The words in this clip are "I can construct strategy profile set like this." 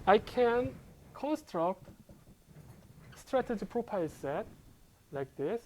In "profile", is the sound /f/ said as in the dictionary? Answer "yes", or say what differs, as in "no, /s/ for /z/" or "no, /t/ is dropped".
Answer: no, /p/ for /f/